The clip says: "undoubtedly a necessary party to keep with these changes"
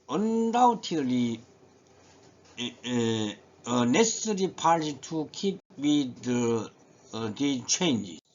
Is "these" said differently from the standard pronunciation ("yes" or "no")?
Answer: yes